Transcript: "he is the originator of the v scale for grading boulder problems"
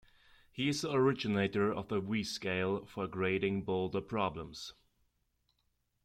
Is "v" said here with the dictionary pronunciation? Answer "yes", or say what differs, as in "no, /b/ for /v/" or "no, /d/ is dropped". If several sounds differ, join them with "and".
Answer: no, /w/ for /v/